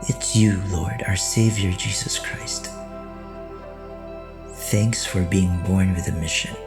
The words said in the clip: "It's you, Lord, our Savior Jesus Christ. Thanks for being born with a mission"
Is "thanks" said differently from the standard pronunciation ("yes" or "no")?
no